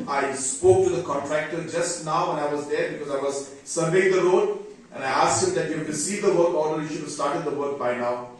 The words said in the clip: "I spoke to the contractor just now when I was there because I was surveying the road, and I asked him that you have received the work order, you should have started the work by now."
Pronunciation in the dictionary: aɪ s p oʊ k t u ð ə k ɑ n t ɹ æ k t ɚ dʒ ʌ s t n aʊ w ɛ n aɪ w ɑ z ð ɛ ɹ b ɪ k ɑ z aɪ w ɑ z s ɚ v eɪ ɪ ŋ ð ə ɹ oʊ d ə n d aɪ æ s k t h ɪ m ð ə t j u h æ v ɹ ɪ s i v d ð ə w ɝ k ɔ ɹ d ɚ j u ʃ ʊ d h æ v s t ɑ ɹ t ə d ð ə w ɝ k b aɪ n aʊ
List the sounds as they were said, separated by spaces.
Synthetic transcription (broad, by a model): aɪ s p oʊ k t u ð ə k ɑ n t ɹ æ k t ɚ dʒ ʌ s t n aʊ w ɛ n aɪ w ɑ z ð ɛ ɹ b ɪ k ɑ z aɪ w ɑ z s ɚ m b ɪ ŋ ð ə ɹ oʊ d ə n aɪ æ s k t h ɪ m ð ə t j u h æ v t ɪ s i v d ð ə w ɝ k ɔ l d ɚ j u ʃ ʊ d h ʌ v s t ɑ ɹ t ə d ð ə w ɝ k b aɪ n aʊ